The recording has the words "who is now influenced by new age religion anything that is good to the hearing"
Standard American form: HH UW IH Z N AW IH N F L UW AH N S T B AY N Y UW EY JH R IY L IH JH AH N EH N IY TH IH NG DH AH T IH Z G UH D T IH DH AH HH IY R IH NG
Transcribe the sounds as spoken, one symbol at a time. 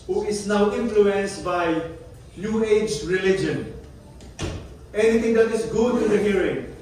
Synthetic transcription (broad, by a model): HH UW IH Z N AW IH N F L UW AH N S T B AY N Y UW EY JH R IY L IH JH AH N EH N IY T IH NG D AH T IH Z G UH D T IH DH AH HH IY R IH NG